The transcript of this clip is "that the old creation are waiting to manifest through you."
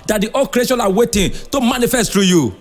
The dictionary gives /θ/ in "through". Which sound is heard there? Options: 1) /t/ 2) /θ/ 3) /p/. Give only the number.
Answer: 1